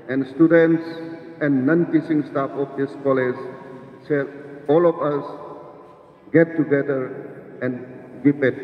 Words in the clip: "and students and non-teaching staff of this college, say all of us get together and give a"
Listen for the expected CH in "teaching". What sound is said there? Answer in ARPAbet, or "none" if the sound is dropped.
S